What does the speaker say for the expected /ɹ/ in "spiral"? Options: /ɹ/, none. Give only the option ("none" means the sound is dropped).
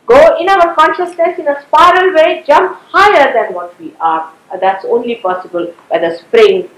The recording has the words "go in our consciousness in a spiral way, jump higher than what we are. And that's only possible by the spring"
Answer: /ɹ/